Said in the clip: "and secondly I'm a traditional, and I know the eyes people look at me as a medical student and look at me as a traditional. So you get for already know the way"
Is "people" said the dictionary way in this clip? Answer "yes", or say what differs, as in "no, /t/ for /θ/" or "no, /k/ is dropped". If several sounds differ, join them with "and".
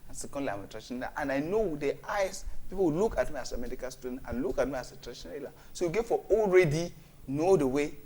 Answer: no, /w/ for /l/